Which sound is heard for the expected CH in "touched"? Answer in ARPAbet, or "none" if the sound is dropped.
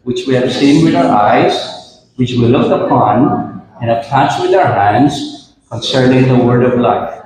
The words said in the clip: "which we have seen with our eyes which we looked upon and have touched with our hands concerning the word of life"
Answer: S